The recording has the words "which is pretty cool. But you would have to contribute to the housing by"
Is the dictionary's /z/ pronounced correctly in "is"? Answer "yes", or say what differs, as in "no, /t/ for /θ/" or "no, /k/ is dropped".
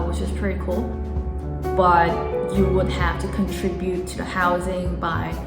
no, /s/ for /z/